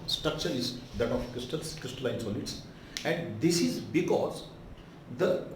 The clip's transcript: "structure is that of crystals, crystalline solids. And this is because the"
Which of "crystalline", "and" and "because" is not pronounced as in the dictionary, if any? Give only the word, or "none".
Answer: none